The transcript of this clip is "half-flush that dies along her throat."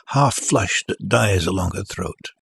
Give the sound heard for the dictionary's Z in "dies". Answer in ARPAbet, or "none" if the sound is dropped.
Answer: Z